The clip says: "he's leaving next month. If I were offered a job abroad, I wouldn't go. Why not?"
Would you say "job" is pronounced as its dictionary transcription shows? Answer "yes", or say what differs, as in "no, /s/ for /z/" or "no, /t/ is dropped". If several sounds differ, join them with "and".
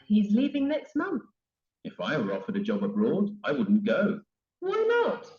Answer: yes